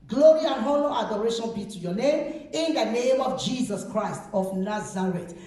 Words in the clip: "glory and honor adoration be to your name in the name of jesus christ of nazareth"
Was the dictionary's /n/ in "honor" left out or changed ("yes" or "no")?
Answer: yes